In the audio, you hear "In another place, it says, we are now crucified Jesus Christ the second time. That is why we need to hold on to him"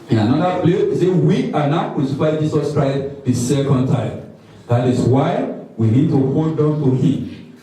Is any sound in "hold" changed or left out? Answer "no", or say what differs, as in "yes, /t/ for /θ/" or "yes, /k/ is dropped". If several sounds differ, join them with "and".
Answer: yes, /n/ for /l/